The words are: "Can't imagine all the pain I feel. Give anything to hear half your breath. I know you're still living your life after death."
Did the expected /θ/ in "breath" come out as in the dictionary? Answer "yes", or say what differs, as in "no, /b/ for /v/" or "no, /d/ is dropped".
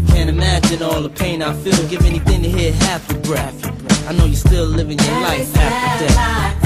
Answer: no, /f/ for /θ/